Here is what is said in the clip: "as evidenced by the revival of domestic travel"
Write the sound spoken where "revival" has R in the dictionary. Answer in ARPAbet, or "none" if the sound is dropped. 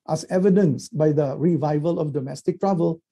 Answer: R